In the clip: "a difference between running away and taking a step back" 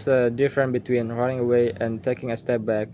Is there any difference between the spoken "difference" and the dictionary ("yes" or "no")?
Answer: yes